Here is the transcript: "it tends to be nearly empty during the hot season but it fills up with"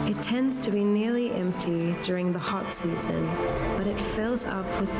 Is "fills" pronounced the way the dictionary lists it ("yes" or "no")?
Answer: yes